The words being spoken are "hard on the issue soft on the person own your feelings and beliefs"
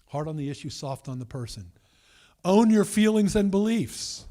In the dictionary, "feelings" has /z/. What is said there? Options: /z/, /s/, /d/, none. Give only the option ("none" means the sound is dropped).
/z/